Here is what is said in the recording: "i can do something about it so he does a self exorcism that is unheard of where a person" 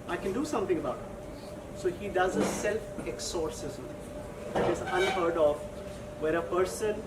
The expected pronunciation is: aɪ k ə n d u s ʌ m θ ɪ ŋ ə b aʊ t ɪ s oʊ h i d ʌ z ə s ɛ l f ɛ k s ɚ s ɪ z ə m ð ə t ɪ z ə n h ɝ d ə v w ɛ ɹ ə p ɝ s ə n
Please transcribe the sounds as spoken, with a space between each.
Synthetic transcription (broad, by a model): aɪ k ə n d u s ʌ m t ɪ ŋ ə b aʊ t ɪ s oʊ h i d ʌ z ə s ɛ l f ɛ k s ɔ s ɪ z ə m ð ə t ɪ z ə n h ɝ d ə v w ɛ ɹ ə p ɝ s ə n